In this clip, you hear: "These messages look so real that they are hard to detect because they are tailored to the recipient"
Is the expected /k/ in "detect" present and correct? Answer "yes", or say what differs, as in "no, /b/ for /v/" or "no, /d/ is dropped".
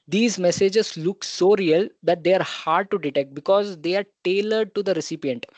yes